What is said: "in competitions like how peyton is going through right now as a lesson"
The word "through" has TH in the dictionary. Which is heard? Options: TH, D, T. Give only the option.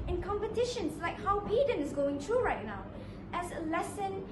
T